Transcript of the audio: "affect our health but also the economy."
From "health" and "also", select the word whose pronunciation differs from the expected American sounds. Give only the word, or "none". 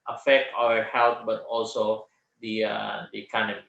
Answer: health